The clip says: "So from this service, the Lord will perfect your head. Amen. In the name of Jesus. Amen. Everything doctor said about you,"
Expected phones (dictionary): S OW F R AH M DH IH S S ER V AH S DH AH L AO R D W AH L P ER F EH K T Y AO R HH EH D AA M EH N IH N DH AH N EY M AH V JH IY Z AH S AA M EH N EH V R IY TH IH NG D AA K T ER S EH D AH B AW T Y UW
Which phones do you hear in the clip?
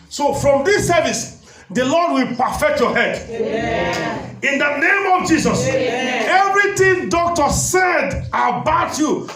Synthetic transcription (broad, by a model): S OW F R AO M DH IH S S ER V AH S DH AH L AO D W AH L P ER F EH K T Y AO HH EH D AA N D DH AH N EY M AH V JH IY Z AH S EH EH V R IY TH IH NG D AA K T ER S EH D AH B AW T Y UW